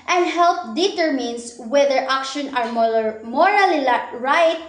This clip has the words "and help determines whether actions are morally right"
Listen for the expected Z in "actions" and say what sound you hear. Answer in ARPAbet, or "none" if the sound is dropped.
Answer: none